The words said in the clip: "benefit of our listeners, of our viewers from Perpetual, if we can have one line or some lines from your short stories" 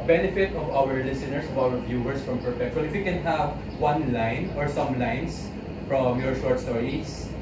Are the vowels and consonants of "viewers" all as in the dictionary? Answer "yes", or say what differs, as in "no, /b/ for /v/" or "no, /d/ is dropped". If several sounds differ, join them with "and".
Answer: no, /s/ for /z/